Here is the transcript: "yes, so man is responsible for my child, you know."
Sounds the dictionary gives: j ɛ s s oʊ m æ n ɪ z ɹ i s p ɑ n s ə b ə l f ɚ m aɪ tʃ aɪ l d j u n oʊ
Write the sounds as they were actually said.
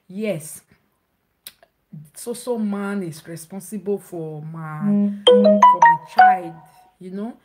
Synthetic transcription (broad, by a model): j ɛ s s oʊ m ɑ n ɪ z ɹ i s p ɑ n s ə b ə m f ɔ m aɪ tʃ aɪ l d j u n oʊ